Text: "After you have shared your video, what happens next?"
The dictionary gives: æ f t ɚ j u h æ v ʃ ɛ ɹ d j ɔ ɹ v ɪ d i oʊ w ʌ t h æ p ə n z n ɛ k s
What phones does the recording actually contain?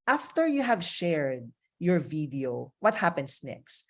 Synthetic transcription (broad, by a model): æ f t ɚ j u h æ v ʃ ɛ ɹ d j ɔ ɹ v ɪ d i oʊ w ʌ t h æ p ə n s n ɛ k s